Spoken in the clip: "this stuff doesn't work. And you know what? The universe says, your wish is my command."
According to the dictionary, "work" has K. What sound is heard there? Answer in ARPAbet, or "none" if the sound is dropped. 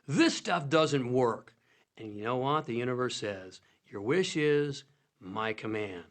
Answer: K